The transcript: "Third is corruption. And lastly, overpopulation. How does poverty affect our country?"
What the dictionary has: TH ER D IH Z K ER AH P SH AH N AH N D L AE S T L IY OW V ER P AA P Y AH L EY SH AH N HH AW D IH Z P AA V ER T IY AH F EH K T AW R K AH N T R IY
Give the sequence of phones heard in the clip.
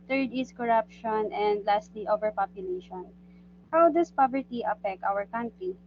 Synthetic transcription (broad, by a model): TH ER D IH S K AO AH P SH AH N AH N D L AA S T L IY OW V ER P AA P Y AH L EY SH AH N HH AW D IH S P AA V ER T IY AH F EH K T AW R K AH N T R IY